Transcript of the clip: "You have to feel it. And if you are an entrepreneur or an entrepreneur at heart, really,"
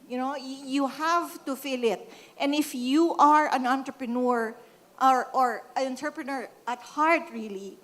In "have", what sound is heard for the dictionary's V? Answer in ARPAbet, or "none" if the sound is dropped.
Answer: V